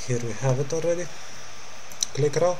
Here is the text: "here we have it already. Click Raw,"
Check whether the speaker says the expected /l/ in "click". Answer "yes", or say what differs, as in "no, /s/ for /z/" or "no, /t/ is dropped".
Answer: yes